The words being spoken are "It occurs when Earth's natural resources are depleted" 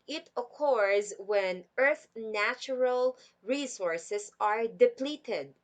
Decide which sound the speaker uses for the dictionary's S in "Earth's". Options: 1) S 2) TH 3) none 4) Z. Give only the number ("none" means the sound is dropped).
3